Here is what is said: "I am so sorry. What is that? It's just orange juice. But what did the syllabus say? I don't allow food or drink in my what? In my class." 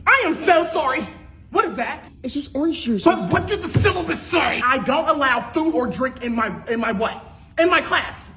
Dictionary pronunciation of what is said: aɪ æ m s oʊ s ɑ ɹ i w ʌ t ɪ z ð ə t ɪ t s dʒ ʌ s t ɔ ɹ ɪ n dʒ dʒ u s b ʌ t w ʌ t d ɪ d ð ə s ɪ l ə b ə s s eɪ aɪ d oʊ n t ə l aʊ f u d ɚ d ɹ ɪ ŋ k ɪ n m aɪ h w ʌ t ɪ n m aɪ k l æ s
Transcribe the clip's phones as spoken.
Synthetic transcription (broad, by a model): aɪ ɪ m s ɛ s ɑ ɹ i w ʌ t ɪ z ð ə t ɪ t s dʒ ʌ s t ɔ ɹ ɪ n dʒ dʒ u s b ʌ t w ʌ t d ɪ d ð ə s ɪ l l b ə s s eɪ aɪ d oʊ n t ə l aʊ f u ɚ d ɹ ɪ ŋ k ɪ n m aɪ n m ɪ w ɪ n m aɪ k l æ s